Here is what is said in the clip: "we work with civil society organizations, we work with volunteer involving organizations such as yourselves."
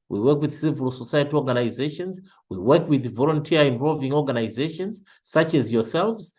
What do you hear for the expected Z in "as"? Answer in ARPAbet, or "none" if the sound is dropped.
Z